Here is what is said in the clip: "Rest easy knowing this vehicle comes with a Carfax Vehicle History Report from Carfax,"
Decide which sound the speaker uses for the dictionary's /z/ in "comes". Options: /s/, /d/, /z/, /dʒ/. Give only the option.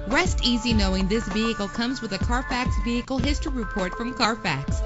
/z/